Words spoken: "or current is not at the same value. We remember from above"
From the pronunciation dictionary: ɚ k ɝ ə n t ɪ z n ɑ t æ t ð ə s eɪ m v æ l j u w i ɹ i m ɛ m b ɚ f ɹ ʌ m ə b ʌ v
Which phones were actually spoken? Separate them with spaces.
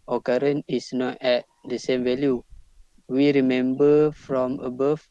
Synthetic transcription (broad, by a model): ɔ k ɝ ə n ɪ s n ɑ t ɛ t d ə s eɪ m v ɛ l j u w i ɹ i m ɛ m b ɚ f ɹ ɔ m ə b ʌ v